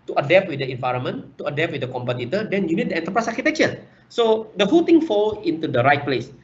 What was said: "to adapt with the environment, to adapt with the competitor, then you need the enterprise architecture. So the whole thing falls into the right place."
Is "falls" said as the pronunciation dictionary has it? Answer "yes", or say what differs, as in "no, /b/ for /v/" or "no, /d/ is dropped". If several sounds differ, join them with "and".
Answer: no, /z/ is dropped